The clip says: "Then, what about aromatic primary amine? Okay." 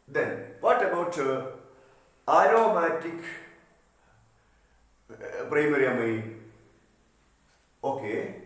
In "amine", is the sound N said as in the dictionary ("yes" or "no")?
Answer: no